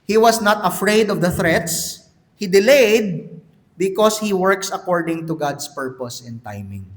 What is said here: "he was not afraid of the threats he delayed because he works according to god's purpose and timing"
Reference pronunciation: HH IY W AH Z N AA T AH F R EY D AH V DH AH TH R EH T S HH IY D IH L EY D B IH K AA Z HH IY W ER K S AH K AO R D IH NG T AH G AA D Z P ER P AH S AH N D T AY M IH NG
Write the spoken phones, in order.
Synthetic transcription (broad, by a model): HH IY W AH S N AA T AH F R EY D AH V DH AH TH R EH T S HH IY D IH L EY D B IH K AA S HH IY W ER K S AH K AO R D IH NG T AH G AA D S P ER P AH S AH N T AY M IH NG